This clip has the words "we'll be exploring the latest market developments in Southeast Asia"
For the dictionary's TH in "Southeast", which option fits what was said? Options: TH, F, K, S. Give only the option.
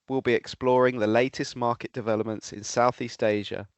TH